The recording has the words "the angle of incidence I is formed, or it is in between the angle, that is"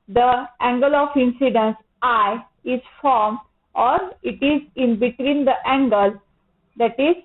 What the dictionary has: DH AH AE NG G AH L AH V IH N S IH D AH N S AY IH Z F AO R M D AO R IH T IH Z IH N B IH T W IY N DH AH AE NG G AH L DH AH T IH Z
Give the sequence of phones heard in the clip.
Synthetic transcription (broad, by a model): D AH AE NG G AH L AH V IH N S IH D AH N S AY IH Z F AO R M AO R IH T IH Z IH N B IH T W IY N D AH AE NG G AH L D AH T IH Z